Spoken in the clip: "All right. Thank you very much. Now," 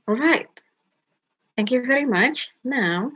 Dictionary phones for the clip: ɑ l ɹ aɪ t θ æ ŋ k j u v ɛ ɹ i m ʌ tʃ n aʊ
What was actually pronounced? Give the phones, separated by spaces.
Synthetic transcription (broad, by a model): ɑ l ɹ aɪ t θ æ ŋ k j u v ɛ ɹ i m ʌ tʃ n aʊ